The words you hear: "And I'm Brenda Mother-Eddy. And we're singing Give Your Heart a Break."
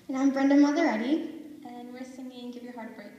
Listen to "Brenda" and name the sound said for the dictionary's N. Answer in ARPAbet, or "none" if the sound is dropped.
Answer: N